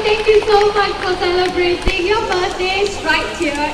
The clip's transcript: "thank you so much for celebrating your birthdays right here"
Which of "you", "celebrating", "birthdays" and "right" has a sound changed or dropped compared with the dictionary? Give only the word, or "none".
birthdays